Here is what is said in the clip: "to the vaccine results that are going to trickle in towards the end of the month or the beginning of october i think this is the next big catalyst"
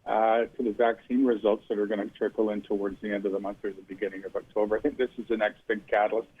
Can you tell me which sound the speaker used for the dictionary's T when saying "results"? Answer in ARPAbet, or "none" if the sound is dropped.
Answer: T